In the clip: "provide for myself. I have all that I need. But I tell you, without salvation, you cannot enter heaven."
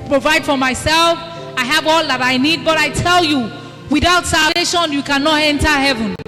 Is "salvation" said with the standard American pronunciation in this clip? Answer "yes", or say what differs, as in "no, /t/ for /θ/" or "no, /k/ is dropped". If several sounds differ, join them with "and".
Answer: no, /v/ is dropped